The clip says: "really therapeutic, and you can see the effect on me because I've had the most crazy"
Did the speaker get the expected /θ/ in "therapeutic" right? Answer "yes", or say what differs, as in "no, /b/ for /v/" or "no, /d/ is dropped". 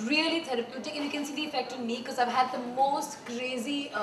no, /t/ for /θ/